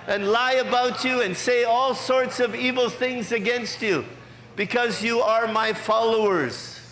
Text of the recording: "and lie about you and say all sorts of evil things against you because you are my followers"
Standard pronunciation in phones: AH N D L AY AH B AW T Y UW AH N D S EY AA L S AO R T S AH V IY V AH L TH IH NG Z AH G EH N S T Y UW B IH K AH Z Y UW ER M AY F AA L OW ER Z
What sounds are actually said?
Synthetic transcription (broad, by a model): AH N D L AY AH B AW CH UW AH N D S EY AA L S AO R T S AH V IY V L TH IH NG Z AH G EH N S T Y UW B IH K AH Z Y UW ER M AY F AA L OW ER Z